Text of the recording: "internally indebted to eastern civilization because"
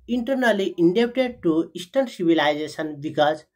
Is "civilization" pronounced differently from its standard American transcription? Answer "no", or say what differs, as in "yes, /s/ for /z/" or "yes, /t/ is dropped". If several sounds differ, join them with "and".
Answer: yes, /s/ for /ʃ/